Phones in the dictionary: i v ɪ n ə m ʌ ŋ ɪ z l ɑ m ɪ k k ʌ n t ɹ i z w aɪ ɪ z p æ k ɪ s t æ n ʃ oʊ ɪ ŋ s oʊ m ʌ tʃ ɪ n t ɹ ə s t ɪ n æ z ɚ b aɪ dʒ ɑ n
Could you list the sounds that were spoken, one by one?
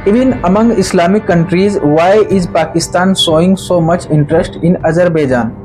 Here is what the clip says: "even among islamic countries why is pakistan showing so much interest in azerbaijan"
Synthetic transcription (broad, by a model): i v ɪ n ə m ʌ ŋ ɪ s l ɑ m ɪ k k ʌ n t ɹ i z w aɪ ɪ z p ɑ k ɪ s t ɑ n s oʊ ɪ ŋ s oʊ m ʌ tʃ ɪ n t ɹ ə s t ɪ n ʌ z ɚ b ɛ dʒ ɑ n